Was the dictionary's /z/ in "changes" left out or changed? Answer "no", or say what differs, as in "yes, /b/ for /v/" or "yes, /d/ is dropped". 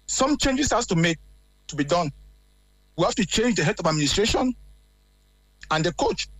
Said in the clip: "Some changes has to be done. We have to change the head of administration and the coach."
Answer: yes, /s/ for /z/